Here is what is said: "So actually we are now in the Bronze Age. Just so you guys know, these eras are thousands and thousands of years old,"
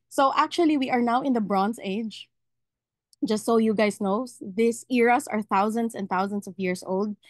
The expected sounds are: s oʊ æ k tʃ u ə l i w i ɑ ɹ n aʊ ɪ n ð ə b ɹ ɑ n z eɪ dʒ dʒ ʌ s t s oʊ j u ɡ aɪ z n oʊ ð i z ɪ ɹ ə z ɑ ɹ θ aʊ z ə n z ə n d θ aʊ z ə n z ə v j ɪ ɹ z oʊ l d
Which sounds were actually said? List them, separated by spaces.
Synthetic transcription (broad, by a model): s oʊ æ k tʃ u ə l i w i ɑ ɹ n aʊ ɪ n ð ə b ɹ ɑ n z eɪ dʒ dʒ ʌ s t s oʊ j u ɡ aɪ s n oʊ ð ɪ s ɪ ɹ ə s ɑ ɹ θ aʊ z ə n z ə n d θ aʊ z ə n s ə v j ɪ ɹ s oʊ l d